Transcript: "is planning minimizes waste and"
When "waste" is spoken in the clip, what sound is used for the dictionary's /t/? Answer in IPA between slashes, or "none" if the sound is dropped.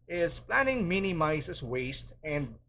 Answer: /t/